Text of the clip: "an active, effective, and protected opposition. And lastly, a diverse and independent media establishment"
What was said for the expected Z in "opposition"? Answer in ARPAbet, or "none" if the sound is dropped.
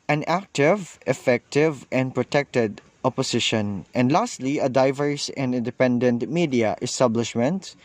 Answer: S